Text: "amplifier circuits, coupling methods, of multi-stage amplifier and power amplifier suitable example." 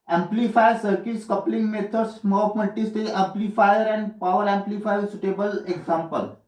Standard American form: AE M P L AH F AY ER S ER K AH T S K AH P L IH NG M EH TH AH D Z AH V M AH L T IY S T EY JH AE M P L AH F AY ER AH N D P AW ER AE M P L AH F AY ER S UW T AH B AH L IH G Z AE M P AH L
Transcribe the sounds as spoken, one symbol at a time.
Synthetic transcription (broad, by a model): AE M P L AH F AY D S ER K AH T S K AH P L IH NG M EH T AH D S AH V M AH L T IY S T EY AE M P L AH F AY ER AH N D P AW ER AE M P L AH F AY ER S UW T AH B AH L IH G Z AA M P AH L